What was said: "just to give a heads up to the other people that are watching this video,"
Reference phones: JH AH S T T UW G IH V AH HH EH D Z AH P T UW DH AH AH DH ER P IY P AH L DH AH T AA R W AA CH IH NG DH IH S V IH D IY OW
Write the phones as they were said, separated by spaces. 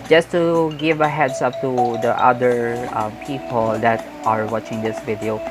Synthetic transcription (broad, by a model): JH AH S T T UW G IH V AH HH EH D S AH P T UW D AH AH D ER P IY P AH L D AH T AA R W AA CH IH NG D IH S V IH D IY OW